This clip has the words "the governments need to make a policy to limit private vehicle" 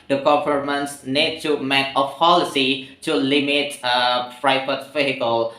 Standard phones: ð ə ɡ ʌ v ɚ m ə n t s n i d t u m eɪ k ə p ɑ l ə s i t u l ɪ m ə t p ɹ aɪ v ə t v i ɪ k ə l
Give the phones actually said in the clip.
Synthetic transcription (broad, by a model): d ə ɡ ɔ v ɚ m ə n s n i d t u m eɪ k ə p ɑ l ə s i t u l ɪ m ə t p ɹ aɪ f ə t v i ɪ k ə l